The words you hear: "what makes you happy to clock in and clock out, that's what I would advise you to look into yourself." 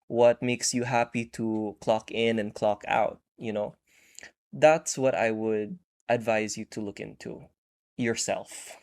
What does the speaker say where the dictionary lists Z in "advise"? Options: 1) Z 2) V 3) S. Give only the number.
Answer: 1